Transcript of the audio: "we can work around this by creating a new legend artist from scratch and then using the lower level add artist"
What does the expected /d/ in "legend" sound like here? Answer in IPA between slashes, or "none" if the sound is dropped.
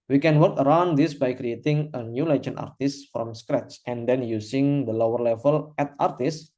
none